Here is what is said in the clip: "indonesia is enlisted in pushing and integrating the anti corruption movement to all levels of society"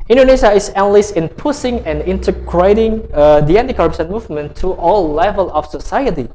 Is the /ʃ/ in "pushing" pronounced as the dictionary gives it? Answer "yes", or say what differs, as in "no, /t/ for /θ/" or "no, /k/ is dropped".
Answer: no, /s/ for /ʃ/